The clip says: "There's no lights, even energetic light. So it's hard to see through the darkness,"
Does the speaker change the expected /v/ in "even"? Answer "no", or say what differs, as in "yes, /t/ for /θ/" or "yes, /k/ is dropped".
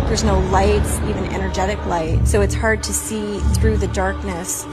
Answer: no